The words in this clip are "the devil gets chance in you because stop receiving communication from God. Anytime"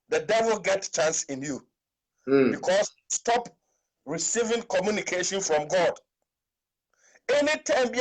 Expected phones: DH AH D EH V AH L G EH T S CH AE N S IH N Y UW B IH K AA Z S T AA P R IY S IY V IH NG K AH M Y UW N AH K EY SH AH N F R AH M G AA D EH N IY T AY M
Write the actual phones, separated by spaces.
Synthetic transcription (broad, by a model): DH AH D EH V AH L G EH T CH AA N S IH N Y UW B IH K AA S S T AA P R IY S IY V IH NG K AH M Y UW N AH K EY SH AH N F R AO M G AA D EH N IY T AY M